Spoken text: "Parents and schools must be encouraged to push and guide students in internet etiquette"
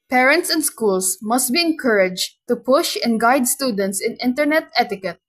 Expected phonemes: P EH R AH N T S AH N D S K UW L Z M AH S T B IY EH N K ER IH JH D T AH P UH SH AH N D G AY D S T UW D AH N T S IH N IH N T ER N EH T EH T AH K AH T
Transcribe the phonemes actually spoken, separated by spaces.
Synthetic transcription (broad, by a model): P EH R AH N T S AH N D S K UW L S M AH S T B IY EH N K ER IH JH T AH P UH SH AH N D G AY D S T UW D AH N T S IH N IH N T ER N EH T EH T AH K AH T